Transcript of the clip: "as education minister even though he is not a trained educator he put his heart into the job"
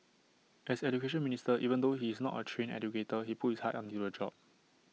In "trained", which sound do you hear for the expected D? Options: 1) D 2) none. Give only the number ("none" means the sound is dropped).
2